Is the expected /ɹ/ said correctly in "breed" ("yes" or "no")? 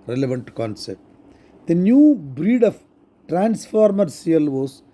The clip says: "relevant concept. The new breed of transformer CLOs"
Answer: yes